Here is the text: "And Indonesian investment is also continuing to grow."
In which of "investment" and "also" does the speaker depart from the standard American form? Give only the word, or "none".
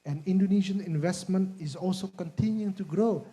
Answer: none